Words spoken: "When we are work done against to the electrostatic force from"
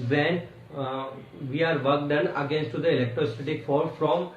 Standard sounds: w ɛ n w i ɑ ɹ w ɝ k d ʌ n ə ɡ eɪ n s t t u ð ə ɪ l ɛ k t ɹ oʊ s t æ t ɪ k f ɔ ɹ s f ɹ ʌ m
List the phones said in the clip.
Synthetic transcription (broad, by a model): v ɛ n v i ɑ ɹ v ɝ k d ʌ n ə ɡ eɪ n s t t u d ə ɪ l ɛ k t ɹ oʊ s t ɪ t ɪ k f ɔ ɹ f ɹ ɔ m